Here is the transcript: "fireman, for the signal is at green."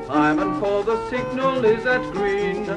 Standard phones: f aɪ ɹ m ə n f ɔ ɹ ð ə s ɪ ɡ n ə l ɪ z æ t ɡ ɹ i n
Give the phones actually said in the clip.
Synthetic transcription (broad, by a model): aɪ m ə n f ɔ l ð ə s ɪ ɡ n ə l ɪ z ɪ t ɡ ɹ i n